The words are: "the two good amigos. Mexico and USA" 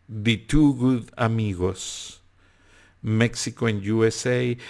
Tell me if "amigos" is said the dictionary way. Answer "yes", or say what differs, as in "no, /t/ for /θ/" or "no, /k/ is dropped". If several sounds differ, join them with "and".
no, /s/ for /z/